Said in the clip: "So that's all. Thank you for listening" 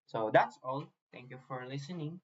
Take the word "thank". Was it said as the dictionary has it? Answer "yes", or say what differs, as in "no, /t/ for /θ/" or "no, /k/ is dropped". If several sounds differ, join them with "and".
no, /t/ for /θ/